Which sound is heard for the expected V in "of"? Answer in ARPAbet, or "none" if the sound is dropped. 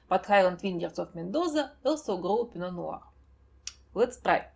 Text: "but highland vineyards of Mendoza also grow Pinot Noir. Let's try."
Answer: F